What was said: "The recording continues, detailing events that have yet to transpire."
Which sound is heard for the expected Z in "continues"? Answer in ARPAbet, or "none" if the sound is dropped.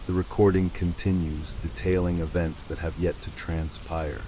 Z